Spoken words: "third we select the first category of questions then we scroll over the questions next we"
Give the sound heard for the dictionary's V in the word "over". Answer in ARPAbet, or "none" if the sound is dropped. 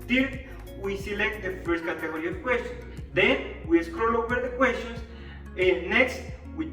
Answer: W